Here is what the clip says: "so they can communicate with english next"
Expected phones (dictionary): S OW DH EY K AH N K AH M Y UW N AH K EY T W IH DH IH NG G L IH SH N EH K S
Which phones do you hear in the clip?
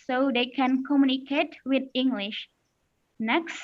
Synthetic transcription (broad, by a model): S OW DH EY K AH N K AH M Y UW N AH K EY T W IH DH IH NG G L IH SH N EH K S